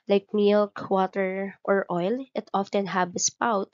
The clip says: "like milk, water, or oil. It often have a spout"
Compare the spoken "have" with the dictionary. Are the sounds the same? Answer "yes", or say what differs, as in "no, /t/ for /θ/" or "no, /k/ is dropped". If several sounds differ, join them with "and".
no, /b/ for /v/